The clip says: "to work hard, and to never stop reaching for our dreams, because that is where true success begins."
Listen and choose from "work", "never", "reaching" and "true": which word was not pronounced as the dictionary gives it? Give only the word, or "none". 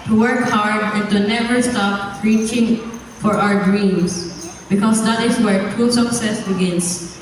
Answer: true